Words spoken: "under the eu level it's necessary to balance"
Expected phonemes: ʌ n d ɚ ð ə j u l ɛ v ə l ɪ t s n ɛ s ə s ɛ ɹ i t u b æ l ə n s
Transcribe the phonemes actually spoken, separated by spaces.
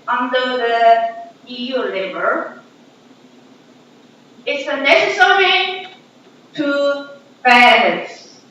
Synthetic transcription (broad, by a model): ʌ n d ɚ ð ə j u l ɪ b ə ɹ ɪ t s n ɛ s ə s ɛ ɹ i t u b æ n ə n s